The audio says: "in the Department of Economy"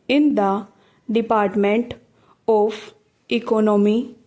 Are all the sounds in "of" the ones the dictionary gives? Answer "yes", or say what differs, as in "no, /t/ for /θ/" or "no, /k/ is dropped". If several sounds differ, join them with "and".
no, /p/ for /v/